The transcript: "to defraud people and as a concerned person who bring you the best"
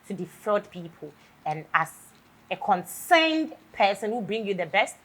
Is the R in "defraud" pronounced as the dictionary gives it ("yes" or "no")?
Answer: no